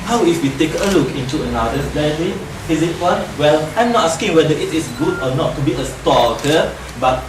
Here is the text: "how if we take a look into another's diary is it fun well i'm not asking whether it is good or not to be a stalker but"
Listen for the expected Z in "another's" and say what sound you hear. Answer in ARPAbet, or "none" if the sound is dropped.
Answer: none